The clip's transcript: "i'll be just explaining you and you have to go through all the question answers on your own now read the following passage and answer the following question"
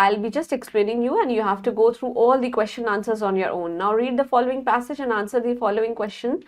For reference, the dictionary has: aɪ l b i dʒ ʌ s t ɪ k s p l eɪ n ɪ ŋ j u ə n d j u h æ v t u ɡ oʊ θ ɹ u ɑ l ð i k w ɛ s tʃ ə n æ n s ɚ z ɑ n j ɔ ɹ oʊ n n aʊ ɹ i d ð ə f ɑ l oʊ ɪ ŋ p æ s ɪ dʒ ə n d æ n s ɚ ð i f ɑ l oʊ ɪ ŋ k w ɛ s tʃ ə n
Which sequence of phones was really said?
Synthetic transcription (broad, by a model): aɪ l b i dʒ ʌ s t ɪ k s p l eɪ n ɪ ŋ j u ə n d j u h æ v t u ɡ oʊ t ɹ u ɑ l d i k w ɛ s tʃ ə n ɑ n s ɚ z ɑ n j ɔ ɹ oʊ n n aʊ ɹ i d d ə f ɑ l oʊ ɪ ŋ p æ s ɪ dʒ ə n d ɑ n s ɚ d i f ɑ l oʊ ɪ ŋ k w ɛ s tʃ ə n